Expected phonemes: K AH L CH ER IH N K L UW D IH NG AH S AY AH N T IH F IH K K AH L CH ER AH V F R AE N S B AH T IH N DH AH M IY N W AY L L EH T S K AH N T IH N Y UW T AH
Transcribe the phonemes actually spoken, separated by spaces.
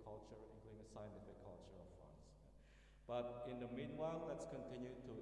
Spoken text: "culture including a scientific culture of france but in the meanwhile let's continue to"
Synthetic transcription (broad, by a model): K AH L CH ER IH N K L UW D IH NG AH S AY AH N T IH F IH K K AH L CH ER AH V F AA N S B AH T IH N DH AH M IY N W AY L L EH T S K AH N T IH N Y UW T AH